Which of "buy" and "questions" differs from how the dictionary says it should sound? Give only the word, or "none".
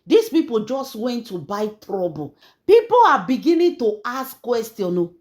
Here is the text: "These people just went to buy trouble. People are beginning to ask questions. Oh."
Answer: questions